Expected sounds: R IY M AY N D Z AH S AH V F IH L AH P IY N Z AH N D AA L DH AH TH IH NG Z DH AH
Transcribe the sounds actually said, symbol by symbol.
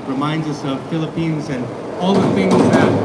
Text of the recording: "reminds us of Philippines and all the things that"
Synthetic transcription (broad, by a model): R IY M AY N D Z AH S AH V F IH L AH P IY N Z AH N AA L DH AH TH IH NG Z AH